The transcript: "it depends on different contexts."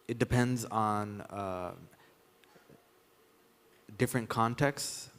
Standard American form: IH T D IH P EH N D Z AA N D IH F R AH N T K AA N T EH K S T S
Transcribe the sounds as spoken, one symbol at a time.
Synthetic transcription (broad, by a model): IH T D IH P EH N D Z N D IH F R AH N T K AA N T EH K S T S